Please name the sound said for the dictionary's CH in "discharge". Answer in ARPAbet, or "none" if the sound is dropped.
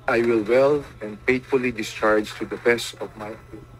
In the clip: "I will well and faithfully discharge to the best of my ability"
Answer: CH